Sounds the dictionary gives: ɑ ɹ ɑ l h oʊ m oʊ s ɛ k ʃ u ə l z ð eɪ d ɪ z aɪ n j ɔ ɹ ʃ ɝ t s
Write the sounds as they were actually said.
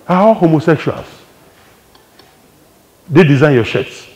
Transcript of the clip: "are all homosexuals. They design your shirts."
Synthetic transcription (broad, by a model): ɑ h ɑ w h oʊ m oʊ s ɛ k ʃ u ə l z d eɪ d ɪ z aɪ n j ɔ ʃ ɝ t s